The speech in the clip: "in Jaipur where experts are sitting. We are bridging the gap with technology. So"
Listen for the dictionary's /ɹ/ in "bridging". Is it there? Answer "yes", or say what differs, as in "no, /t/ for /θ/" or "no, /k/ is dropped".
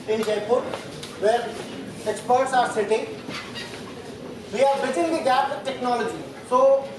no, /ɹ/ is dropped